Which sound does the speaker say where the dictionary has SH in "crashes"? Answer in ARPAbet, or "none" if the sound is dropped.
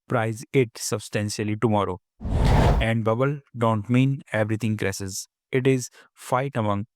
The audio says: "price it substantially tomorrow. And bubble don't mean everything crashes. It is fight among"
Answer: S